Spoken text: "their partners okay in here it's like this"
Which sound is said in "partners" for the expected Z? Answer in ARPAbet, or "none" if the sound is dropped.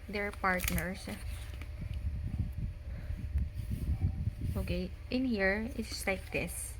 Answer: S